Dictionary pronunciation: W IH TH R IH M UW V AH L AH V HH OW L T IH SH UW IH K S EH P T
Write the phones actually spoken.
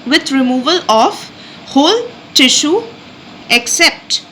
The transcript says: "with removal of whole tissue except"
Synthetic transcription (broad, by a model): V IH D R IH M UW V AH L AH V HH OW L T IH SH UW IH K S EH P T